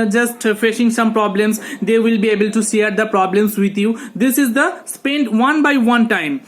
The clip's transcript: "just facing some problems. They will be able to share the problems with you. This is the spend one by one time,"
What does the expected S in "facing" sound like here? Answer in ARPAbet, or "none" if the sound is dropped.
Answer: SH